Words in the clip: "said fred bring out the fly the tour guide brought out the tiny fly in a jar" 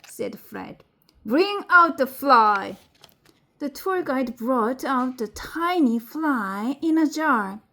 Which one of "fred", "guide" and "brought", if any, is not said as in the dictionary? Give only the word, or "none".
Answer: none